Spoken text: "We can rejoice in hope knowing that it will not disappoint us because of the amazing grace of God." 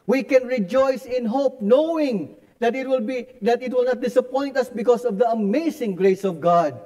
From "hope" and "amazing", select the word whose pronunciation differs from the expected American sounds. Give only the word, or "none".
amazing